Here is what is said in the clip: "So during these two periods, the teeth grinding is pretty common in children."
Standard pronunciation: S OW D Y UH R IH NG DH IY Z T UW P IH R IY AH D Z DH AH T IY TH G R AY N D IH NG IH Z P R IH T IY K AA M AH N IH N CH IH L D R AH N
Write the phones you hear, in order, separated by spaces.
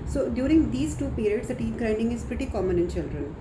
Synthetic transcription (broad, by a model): S OW D Y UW R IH NG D IY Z T UW P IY R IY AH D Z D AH T IY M G R AY N D IH NG IH Z P R IH T IY K AA M AH N IH N CH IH L D R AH N